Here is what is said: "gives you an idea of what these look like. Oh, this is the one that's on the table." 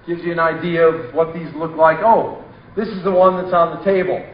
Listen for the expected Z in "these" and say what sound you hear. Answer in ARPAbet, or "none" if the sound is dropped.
Z